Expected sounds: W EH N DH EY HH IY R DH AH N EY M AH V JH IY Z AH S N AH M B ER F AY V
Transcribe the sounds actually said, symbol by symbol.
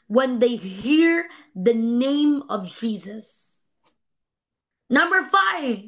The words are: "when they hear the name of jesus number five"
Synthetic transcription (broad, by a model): W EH N DH EY HH IY R DH AH N EY M AH V JH IY Z AH S N AH M B ER F AY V